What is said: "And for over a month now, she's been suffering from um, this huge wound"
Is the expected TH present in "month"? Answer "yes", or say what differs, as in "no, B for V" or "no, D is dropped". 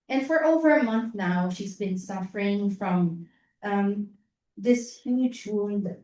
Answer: yes